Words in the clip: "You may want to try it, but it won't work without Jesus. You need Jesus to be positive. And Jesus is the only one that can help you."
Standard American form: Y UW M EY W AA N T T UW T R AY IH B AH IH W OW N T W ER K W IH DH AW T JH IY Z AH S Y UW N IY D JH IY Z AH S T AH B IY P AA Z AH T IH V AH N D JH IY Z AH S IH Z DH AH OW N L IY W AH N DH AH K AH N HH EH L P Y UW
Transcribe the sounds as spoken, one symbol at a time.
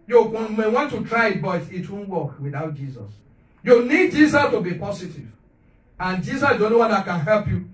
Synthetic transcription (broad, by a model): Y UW M EY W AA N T T UW T R AY IH B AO IH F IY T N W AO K W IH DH AW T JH IY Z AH S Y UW N IY D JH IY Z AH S T AH B IY P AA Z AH T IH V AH N JH IY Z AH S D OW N IY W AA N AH K AH N HH EH L P Y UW